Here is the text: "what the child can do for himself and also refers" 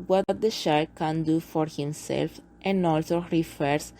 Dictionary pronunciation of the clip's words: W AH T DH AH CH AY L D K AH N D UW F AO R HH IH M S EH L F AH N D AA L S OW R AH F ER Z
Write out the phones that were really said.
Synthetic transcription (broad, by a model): W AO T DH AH SH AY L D K AH N D UW F AO R HH IH M S EH L F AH N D AA L S OW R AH F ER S